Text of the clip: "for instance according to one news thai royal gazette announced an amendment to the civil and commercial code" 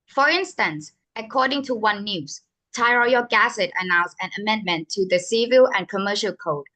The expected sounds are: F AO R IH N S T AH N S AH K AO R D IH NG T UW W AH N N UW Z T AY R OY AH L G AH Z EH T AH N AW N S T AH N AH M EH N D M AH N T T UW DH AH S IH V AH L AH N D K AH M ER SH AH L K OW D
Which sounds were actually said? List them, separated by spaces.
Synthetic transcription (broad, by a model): F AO R IH N S T AH N S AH K AO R D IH NG T UW W AH N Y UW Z T AY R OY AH G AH S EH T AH N AW N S AH N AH M EH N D M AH N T T UW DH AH S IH V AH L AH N K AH M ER SH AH L K OW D